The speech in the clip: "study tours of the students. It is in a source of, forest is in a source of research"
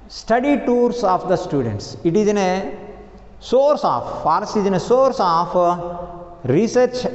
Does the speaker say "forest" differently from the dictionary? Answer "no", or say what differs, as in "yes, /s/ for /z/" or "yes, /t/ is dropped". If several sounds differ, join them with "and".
yes, /t/ is dropped